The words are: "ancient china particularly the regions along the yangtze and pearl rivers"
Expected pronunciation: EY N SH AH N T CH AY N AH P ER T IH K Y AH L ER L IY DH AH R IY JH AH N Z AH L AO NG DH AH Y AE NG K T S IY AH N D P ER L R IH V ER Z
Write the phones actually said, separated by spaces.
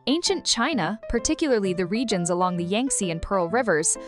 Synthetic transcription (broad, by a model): EY N SH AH N CH AY N AH P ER T IH K Y L ER L IY DH AH R IY JH AH N Z AH L AO NG DH AH Y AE NG K S IY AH N P ER L R IH V ER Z